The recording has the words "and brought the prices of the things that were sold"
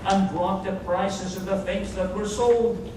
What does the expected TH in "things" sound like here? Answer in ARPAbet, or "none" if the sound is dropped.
F